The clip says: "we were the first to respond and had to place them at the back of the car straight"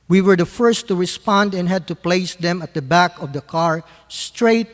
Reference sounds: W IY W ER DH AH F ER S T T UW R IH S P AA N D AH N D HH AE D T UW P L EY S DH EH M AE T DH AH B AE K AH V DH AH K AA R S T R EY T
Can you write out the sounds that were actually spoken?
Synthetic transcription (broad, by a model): W IY W ER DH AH F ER S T T UW R IH S P AA N D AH N HH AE D T UW P L EY S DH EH M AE T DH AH B AE K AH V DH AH K AA R S T R EY T